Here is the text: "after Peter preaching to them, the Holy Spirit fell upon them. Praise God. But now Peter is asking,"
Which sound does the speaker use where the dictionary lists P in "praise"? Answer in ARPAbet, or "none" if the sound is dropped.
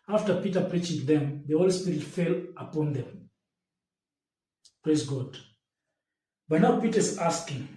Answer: P